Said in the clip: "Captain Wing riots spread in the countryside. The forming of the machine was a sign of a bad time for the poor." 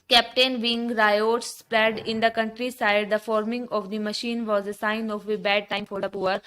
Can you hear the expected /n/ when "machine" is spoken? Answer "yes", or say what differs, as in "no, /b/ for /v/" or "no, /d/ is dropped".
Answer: yes